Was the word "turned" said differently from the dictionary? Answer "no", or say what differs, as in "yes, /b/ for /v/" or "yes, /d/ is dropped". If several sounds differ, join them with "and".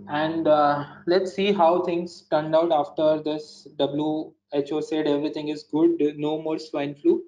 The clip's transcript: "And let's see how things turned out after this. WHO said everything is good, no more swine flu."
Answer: no